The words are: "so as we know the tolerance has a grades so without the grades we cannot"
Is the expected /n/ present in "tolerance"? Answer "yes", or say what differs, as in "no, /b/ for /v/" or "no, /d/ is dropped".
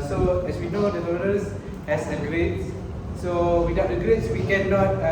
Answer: no, /n/ is dropped